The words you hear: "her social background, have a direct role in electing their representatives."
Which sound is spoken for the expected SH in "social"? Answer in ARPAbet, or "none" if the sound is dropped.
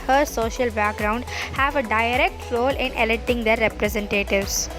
SH